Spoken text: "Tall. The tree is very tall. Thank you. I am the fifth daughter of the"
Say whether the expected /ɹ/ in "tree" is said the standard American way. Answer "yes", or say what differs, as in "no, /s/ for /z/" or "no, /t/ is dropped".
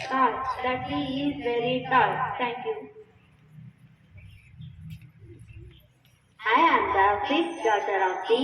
no, /l/ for /ɹ/